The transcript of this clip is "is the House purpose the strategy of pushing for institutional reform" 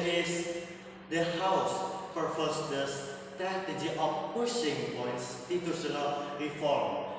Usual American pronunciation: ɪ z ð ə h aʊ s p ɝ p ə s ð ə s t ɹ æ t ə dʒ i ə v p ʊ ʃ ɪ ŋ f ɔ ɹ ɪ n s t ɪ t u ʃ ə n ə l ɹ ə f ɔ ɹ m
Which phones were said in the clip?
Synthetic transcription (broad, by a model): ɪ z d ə h aʊ s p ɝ f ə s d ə s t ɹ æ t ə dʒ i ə f p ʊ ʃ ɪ ŋ p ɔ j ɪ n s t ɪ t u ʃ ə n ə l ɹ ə f ɔ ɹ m